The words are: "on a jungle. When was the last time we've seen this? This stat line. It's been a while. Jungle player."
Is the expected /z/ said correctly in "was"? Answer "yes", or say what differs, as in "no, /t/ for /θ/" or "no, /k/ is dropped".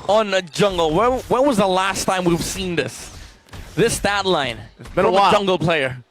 yes